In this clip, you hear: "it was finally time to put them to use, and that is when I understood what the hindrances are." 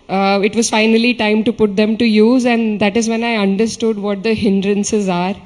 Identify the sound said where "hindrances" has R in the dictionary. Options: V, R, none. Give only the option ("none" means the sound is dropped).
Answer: R